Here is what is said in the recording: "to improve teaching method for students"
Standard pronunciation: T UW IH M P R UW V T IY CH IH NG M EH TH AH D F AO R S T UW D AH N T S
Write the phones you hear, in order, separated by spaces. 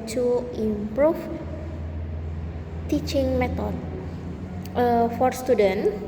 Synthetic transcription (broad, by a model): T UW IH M P R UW F T IY CH IH NG M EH T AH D F AO R S T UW D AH N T